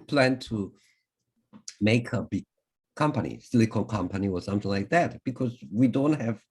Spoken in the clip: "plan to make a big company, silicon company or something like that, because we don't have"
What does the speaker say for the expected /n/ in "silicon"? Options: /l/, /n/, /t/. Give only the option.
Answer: /l/